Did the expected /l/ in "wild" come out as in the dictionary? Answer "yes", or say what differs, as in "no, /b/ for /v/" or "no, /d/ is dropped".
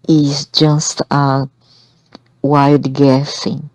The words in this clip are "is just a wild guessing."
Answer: no, /l/ is dropped